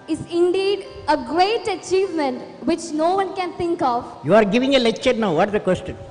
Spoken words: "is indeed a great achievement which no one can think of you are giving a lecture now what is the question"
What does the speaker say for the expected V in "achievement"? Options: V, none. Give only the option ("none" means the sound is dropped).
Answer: V